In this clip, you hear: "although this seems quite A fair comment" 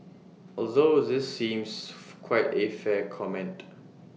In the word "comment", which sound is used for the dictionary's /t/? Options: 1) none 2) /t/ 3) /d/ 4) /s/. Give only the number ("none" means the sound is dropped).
2